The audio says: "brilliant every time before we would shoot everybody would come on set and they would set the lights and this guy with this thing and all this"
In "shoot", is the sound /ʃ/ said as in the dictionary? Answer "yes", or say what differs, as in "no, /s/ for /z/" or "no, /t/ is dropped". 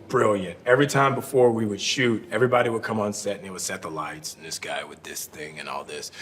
yes